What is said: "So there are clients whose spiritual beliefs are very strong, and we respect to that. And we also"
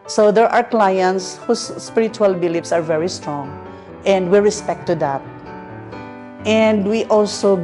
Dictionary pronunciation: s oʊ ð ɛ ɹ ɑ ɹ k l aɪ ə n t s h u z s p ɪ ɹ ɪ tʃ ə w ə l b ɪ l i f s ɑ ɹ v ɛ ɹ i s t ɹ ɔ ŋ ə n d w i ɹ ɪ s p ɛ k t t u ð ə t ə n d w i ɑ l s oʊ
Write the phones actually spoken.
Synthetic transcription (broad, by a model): s oʊ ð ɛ ɹ ɑ ɹ k l aɪ ə n t s h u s p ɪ ɹ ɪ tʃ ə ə l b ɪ l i p s ɑ ɹ v ɛ ɹ i s t ɹ ɔ ŋ ə n d w i ɹ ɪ s p ɛ k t t u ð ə t ə n d w i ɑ l s oʊ